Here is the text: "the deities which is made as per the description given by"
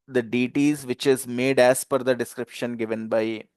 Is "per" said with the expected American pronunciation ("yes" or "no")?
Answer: no